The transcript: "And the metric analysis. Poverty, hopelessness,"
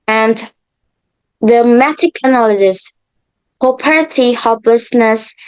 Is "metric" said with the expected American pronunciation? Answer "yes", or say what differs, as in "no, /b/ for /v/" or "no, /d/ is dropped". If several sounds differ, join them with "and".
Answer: no, /ɹ/ is dropped